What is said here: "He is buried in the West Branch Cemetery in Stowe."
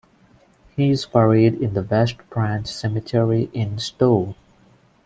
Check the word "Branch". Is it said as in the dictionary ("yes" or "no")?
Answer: yes